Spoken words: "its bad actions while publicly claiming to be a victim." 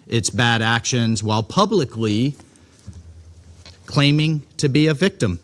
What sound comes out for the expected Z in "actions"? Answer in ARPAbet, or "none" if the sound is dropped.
Z